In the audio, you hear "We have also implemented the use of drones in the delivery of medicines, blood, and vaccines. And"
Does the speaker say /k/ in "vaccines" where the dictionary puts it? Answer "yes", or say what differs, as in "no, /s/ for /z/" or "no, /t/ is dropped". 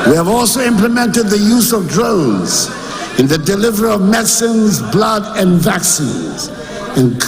yes